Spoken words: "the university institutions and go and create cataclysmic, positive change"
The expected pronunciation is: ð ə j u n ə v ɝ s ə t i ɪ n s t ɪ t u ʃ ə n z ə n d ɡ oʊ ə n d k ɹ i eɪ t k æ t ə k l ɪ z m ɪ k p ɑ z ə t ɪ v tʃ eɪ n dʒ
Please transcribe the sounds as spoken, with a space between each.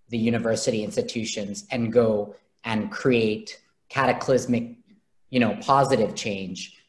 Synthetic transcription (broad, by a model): ð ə j u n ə v ɝ s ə t i ɪ n s t ɪ t u ʃ ə n z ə n ɡ oʊ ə n k ɹ i eɪ t k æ t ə k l ɪ z m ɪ k p ɑ z ə t ɪ v tʃ eɪ n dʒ